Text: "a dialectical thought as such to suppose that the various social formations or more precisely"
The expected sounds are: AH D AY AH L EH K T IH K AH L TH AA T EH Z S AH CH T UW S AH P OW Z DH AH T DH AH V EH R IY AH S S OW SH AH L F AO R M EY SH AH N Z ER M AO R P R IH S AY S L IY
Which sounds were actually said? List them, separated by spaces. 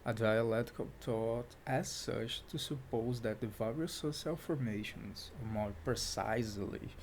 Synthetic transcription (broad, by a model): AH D AY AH L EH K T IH K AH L T AA T EH Z S AH CH T UW S AH P OW Z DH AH T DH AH V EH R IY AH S S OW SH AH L F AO R M EY SH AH N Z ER M AO R P R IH S AY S L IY